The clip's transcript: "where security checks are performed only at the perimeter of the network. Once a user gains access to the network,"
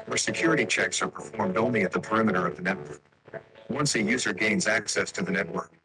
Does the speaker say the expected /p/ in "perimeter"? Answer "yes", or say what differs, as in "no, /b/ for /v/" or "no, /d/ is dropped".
yes